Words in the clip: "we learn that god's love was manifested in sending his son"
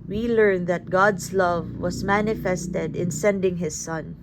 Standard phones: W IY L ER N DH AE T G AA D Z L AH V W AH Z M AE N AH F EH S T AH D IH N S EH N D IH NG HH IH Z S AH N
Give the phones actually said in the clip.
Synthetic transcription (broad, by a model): W IY L ER N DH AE T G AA D S L AH V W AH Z M AE N AH F EH S T AH D IH N S EH N D IH NG HH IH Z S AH N